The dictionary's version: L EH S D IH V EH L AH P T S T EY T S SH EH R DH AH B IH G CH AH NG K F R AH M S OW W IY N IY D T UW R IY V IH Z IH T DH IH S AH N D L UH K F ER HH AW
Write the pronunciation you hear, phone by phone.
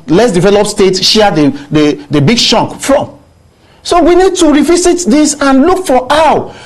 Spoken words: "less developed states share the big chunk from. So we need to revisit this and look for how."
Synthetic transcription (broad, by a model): L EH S D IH V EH L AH P S T EY T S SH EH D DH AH B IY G SH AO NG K F R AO M S OW W IY N IY D T UW R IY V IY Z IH T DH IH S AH N L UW K F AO AW